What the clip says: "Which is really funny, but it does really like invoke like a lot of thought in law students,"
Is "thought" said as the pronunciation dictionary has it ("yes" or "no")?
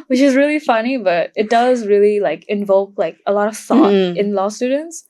no